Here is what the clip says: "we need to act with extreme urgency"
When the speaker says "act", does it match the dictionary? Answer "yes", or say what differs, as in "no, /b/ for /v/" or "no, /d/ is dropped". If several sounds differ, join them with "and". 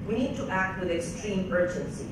yes